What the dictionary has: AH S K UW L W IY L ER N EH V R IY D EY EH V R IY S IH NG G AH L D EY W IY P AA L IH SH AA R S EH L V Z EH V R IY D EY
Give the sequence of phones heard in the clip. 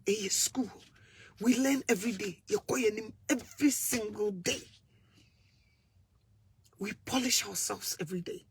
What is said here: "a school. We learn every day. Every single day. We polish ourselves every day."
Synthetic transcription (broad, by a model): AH S K UW L W IY L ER N EH V R IY D EY EH V R IY S IH NG G AH L D EY W IY P AA L IH SH AA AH S EH L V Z EH V R IY D EY